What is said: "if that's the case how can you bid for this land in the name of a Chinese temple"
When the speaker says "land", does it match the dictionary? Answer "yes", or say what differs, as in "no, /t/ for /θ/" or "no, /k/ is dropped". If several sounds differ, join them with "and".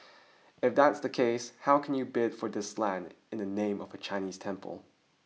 yes